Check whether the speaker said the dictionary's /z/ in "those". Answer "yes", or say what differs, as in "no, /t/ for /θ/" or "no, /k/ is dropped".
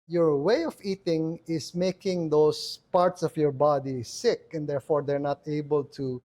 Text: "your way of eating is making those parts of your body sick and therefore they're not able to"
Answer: no, /s/ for /z/